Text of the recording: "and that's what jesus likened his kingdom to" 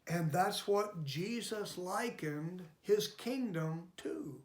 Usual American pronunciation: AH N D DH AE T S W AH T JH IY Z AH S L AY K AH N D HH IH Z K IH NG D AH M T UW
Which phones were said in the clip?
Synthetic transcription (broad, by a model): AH N DH AE T S W AH T JH IY Z AH S L AY K AH N D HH IH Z K IH NG D AH M T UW